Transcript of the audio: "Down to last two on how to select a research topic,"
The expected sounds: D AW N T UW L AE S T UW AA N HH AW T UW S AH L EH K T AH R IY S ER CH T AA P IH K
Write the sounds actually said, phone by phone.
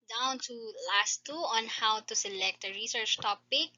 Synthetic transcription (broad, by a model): D AW N T UW L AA S T UW AA N HH AW T UW S AH L EH K T AH R IY S ER CH T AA P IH K